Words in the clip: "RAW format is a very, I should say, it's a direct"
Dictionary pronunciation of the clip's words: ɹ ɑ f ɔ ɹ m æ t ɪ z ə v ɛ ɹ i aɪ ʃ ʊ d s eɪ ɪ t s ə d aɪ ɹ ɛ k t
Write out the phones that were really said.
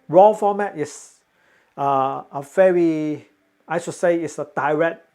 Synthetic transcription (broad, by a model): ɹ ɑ f ɔ m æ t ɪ s ə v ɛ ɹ i aɪ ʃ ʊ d s eɪ ɪ t s ə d aɪ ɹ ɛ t